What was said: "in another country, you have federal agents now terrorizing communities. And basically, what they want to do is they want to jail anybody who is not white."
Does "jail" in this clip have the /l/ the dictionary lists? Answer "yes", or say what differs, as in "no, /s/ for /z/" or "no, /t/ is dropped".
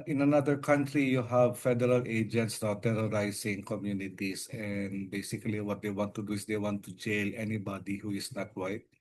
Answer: yes